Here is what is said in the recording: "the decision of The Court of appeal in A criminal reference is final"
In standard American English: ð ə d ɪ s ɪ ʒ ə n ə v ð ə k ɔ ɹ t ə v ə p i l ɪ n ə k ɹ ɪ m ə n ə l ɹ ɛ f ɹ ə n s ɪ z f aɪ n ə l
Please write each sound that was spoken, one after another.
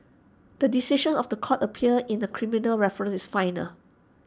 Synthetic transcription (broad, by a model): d ə d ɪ s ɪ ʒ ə n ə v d ə k ɔ t ə p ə ʌ ɪ n ə k ɹ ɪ m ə n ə l ɹ ɛ f ɹ ə n s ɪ s f aɪ n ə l